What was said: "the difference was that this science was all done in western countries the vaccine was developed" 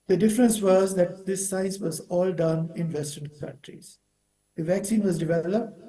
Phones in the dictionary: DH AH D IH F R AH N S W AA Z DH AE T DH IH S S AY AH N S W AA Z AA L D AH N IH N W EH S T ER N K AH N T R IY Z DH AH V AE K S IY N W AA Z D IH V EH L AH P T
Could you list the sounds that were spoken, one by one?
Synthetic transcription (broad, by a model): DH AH D IH F R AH N S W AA Z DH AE T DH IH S S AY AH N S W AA Z AA L D AH N IH N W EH S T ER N K AH N T R IY Z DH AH V AE K S IY N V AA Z D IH V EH L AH P T